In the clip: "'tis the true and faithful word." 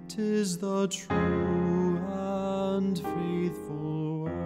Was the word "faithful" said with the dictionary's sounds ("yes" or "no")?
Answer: yes